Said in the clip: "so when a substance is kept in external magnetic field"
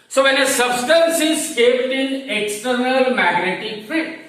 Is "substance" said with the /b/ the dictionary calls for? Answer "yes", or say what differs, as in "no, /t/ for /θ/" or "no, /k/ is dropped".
yes